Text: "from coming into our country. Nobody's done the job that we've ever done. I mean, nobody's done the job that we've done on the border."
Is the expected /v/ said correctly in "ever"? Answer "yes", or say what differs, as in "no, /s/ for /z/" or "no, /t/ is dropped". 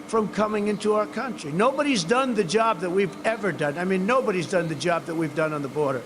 yes